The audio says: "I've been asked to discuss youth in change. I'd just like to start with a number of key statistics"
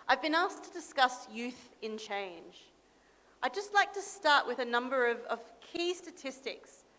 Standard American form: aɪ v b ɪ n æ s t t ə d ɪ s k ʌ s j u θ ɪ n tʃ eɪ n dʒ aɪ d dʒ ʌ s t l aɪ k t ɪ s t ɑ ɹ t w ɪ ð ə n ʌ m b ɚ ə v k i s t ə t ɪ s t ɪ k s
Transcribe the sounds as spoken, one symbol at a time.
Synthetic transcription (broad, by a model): aɪ v b ɪ n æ s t t ə d ɪ s k ʌ s j u θ ɪ n tʃ eɪ n dʒ aɪ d dʒ ʌ s t l aɪ k t ɪ s t ɑ ɹ t w ɪ ð ə n ʌ m b ɚ ə v k i s t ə t ɪ s t ɪ k s